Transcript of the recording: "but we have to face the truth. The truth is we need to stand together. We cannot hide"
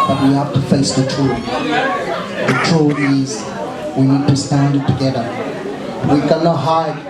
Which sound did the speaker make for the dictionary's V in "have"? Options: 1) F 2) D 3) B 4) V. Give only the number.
1